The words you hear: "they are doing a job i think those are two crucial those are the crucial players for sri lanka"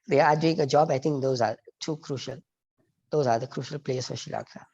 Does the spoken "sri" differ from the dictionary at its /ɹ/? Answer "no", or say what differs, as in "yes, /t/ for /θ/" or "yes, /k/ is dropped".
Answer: yes, /ɹ/ is dropped